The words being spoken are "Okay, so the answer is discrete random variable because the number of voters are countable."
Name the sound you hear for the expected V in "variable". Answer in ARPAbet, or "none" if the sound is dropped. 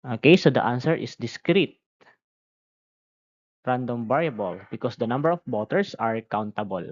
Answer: B